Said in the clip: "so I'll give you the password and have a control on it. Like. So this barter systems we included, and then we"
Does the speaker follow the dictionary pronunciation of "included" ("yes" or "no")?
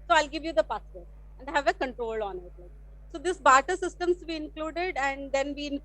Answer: yes